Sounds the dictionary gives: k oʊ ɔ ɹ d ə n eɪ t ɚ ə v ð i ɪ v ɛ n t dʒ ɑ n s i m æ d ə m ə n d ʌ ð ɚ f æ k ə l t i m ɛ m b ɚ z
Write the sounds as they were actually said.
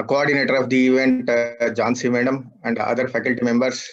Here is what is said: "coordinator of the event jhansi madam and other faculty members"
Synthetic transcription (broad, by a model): k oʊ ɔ ɹ d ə n eɪ t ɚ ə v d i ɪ v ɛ n t dʒ ɑ n s i m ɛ d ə m ə n d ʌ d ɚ f æ k ə l t i m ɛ m b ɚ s